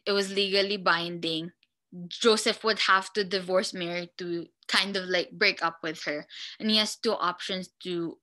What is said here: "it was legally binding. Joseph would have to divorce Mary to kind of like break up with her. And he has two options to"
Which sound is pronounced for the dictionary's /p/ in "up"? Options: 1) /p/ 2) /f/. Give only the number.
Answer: 1